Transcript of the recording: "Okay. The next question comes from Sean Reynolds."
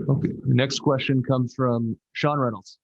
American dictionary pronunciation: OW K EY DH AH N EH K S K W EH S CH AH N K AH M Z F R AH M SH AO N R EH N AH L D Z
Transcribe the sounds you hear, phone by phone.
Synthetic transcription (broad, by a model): OW K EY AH N EH K S K W EH S CH AH N K AH M Z F R AH M SH AO N R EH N L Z